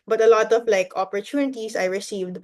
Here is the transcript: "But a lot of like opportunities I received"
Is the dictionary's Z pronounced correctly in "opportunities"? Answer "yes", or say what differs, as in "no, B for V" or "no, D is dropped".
no, S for Z